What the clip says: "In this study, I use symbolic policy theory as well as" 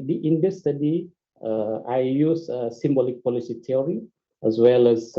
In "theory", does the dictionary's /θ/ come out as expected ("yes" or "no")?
no